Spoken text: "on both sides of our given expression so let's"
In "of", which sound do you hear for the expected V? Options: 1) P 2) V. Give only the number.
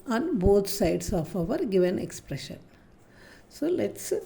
2